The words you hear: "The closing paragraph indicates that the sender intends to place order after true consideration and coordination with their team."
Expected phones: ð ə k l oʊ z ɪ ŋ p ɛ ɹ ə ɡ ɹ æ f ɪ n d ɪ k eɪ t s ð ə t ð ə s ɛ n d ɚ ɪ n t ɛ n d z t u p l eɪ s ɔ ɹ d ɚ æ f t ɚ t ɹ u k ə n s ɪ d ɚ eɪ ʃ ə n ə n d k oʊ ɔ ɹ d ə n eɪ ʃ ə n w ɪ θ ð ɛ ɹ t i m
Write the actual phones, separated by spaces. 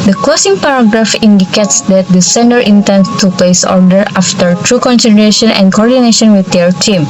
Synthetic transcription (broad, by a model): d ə k oʊ s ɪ ŋ p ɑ ɹ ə ɡ ɹ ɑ f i n d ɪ k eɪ t s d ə t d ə s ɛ n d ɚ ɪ n t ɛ n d t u p l eɪ s ɔ ɹ d ɚ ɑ f t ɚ t ɹ u k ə n s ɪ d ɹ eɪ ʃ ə n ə n k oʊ ɔ ɹ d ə n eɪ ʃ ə n w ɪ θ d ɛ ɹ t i m